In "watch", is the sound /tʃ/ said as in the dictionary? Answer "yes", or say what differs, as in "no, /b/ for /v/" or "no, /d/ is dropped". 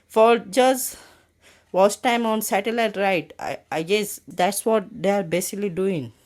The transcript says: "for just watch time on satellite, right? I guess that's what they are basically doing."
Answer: no, /s/ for /tʃ/